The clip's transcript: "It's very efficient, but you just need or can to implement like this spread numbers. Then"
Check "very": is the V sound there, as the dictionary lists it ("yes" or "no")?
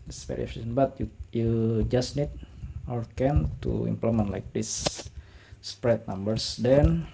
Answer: no